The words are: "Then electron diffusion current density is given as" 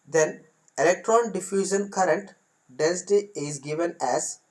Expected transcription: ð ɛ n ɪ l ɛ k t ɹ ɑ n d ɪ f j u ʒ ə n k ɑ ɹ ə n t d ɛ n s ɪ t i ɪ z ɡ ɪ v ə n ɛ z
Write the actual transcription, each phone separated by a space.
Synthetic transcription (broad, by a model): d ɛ n ɪ l ɛ k t ɹ ɑ n d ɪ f j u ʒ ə n k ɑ ɹ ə n t d ɛ n s ɪ t i ɪ z ɡ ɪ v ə n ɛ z